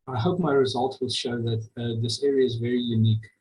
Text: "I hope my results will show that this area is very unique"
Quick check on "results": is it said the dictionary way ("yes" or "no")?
no